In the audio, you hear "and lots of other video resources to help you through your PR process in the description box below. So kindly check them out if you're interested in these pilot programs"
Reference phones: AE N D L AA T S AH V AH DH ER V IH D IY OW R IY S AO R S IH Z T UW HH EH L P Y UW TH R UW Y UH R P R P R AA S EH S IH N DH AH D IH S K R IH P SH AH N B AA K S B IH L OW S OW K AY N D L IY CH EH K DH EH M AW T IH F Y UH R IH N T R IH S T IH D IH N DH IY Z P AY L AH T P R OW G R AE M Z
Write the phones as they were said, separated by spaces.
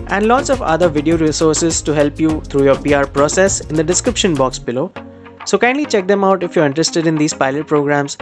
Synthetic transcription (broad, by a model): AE N D L AA T S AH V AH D ER V IH D IY OW R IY S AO R S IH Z T UW HH EH L P Y UW T R UW Y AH R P R P R AA S EH S IH N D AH D IH S K R IH P SH AH N B AA K S B IH L OW S OW K AY N D L IY CH EH K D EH M AW T IH F Y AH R IH N T R IH S T IH D IH N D IY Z P AY L AH T P R OW G R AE M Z